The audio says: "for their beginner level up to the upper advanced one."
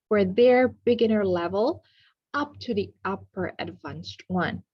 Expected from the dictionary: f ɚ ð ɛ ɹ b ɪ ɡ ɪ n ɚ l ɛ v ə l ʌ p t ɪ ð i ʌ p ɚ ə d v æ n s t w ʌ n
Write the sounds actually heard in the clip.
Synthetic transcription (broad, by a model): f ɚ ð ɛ ɹ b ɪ ɡ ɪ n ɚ l ɛ v ə l ʌ p t ɪ ð i ʌ p ɚ ə d v æ n s t w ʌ n